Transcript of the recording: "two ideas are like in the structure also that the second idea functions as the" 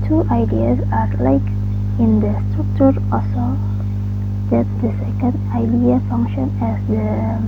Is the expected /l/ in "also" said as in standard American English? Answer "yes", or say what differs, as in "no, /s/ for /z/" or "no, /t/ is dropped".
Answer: no, /l/ is dropped